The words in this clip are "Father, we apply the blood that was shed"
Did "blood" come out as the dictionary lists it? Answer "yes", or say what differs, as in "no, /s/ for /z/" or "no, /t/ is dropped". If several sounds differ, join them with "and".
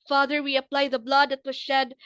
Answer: yes